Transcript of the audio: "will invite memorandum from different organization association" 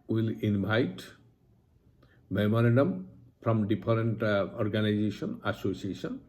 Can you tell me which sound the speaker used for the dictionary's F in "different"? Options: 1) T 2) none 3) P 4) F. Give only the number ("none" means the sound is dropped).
3